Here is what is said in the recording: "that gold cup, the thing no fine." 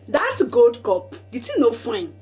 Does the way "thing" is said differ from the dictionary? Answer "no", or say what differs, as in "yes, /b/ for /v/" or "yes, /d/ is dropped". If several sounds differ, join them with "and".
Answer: yes, /t/ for /θ/